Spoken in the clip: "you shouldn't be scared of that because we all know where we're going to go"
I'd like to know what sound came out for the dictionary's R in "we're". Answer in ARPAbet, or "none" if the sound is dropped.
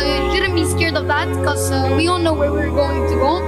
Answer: R